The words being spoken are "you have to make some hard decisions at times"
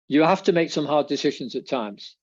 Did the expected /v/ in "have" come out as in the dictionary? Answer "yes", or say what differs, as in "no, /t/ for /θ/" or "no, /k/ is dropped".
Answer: no, /f/ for /v/